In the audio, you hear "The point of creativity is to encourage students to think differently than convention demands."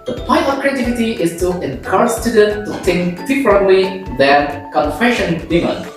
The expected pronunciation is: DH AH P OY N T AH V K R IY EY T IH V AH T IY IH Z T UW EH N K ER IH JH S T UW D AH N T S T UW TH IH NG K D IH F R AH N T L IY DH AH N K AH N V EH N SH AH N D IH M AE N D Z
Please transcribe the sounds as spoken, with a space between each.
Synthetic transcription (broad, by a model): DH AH P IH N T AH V K R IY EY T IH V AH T IY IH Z T UW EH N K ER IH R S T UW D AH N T T UW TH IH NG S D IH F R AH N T L IY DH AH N K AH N F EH SH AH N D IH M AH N